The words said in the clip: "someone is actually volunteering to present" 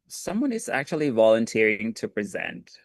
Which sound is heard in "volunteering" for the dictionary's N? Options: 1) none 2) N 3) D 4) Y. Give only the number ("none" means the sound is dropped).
2